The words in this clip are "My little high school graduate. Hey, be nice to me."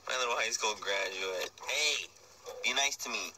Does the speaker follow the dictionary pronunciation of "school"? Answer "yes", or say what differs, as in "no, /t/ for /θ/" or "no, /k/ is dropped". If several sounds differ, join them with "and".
no, /n/ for /l/